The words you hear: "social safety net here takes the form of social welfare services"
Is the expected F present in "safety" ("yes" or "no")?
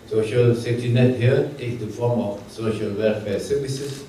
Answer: no